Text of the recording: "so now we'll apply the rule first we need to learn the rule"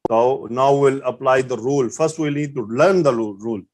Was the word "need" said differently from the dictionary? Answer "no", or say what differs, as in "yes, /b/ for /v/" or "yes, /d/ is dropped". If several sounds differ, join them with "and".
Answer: yes, /l/ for /n/